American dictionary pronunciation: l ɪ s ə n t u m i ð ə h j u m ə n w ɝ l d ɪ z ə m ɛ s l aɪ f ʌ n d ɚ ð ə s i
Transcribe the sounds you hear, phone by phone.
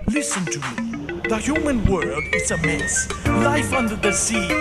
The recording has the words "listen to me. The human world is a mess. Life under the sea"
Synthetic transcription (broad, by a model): l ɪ s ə n t u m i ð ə h j u m ə n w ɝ d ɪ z ə m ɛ s l aɪ f ʌ n d ɚ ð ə s i